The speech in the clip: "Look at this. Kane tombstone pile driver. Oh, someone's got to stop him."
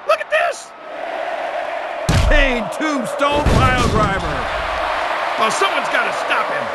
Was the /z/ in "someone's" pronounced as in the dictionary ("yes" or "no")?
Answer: yes